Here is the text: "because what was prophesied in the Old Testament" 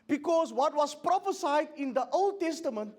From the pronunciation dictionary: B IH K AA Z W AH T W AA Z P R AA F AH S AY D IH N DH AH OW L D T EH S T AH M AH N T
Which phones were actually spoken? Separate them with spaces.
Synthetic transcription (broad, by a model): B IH K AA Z W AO T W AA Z P R AA F AH S AY D IH N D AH OW L D T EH S T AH M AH N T